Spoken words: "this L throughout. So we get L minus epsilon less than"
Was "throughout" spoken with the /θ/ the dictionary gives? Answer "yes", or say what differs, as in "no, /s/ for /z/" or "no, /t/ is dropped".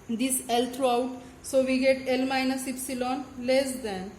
no, /t/ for /θ/